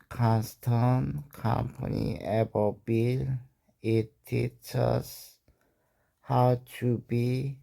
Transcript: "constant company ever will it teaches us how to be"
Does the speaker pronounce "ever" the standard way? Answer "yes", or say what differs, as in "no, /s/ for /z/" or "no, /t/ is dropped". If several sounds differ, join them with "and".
no, /b/ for /v/